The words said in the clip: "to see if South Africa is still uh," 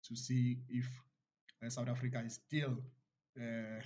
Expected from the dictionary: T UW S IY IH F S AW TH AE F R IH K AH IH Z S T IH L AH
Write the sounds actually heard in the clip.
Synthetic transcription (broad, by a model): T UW S IY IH F S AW T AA F R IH K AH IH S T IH L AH